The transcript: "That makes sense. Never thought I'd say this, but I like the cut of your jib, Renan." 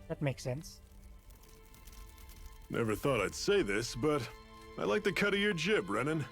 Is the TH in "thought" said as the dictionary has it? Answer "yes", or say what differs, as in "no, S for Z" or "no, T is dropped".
yes